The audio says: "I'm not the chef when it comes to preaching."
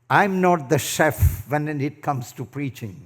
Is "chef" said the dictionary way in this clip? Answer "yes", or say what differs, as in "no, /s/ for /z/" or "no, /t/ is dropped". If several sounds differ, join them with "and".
yes